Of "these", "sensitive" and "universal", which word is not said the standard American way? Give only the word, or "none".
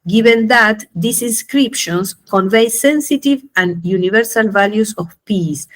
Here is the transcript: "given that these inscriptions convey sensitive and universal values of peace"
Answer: these